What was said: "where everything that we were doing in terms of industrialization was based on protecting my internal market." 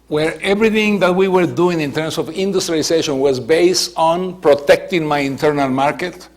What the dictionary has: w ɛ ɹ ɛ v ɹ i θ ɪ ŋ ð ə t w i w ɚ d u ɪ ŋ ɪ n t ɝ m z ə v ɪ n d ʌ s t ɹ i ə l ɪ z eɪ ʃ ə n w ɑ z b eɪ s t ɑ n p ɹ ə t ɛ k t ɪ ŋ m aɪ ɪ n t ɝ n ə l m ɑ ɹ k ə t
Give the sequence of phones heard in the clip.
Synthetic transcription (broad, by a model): w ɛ ɹ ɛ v ɹ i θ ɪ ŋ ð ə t w i w ɚ d u ɪ ŋ ɪ n t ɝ m s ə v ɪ n d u s t ɹ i l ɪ s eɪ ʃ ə n w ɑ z b eɪ s t ɑ n p ɹ ə t ɛ k t ɪ ŋ m aɪ ɪ n t ɝ n ə l m ɑ ɹ k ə t